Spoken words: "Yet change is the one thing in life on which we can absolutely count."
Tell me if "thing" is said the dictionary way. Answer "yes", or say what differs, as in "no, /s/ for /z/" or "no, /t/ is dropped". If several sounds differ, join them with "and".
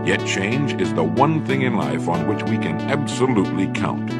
yes